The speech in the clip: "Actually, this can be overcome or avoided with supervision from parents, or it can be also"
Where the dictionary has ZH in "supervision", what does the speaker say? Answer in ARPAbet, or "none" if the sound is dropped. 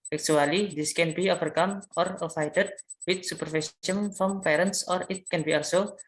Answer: S